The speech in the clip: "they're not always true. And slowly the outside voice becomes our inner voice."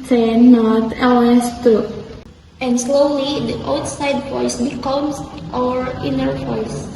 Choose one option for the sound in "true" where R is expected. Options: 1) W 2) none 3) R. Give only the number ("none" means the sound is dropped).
2